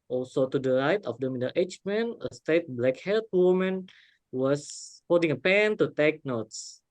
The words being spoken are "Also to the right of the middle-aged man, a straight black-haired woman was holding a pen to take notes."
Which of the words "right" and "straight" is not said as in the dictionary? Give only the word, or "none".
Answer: straight